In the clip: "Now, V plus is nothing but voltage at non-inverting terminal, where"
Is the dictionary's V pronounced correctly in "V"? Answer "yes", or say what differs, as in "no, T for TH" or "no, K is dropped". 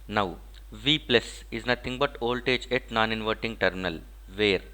yes